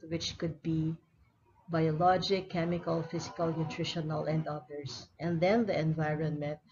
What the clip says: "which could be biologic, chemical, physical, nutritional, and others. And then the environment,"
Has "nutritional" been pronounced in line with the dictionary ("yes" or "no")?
yes